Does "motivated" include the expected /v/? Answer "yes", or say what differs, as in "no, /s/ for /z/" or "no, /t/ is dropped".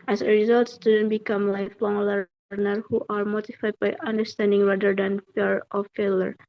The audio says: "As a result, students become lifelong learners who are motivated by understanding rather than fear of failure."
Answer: no, /f/ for /v/